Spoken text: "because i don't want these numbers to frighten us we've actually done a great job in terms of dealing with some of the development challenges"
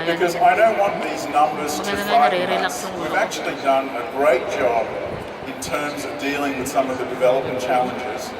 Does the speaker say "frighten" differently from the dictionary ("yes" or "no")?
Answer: yes